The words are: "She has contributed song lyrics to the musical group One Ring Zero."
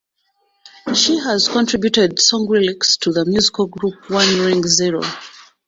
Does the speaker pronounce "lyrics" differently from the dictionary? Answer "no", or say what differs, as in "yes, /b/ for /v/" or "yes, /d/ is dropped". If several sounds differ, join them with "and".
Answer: yes, /l/ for /ɹ/